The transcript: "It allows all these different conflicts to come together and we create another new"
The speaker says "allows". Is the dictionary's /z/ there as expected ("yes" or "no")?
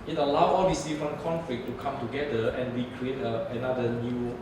no